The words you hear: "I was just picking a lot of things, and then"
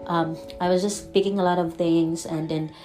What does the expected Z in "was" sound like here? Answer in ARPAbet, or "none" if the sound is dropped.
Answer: Z